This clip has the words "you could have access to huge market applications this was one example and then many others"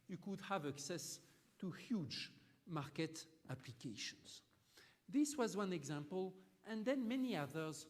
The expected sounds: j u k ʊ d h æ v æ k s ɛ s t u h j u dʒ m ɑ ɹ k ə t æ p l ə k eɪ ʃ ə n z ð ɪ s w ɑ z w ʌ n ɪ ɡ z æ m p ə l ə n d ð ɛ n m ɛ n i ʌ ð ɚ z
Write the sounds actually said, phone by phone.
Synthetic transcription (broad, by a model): j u k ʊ d h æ v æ k s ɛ s t u h j u dʒ m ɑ ɹ k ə t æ p l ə k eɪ ʃ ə n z ð ɪ s w ɑ z w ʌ n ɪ ɡ z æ m p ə l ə n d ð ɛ n m ɛ n i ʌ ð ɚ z